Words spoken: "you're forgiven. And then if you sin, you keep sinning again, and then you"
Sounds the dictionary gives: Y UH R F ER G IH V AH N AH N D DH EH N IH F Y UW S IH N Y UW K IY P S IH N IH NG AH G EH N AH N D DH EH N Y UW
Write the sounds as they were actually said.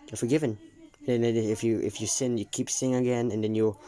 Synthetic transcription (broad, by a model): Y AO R F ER G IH V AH N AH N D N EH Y IH F Y UW S IH N Y UW K IY P S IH IH NG AH G EH N AH N D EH N Y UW